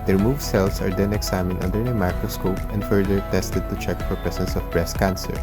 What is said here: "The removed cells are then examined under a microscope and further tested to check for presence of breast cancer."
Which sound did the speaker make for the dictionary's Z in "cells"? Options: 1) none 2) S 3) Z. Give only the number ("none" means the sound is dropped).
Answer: 2